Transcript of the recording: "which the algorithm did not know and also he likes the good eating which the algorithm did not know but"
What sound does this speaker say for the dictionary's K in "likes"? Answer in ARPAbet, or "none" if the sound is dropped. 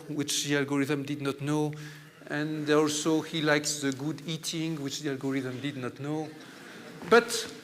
K